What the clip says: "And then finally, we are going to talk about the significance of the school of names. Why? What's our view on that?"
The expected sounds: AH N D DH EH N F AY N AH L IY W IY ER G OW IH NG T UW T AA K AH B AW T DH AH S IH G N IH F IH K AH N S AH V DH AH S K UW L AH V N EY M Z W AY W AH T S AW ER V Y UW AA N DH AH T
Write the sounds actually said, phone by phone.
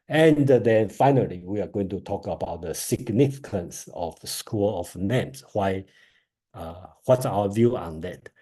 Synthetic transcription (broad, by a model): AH N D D EH N F AY N AH L IY W IY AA G OW IH NG T UW T AA K AH B AW T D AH S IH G N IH F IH K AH N S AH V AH S K UW L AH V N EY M S W AY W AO T S AW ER V Y UW AA N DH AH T